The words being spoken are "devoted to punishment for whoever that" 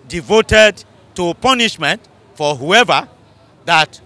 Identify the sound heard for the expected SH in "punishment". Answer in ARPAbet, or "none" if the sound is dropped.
SH